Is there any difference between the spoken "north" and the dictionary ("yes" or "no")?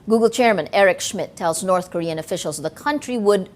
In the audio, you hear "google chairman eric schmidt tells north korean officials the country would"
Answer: no